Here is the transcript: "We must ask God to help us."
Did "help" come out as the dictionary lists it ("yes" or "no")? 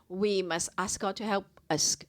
yes